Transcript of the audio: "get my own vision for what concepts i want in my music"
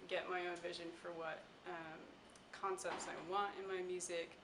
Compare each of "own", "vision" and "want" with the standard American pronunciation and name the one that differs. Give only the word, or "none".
none